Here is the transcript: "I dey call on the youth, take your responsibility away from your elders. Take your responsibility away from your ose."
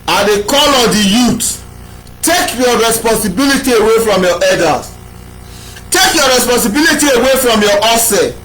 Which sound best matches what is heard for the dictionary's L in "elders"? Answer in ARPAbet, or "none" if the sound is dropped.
none